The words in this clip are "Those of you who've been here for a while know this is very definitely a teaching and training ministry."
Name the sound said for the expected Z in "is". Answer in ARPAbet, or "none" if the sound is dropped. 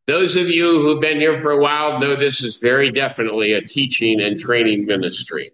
Z